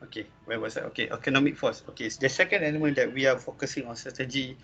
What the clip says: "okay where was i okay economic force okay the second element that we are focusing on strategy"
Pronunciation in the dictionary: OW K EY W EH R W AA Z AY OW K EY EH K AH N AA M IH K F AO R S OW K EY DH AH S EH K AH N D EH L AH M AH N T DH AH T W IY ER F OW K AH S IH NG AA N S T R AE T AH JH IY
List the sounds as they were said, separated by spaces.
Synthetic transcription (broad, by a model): OW K EY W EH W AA S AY OW K EY EH K AH N AA M IH K F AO S OW K EY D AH S EH K AH N D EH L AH M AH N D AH T W IY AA F OW K AH S IH NG AA N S T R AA T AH JH IY